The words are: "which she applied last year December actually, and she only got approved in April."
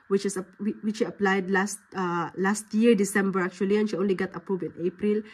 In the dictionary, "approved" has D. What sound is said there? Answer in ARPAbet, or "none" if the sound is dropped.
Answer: none